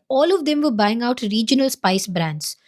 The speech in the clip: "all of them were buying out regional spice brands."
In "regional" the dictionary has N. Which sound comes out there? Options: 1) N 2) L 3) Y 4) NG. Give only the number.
1